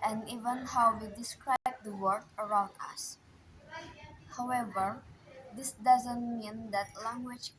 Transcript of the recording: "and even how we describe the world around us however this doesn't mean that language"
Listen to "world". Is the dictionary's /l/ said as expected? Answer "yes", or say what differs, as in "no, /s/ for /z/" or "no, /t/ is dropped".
no, /l/ is dropped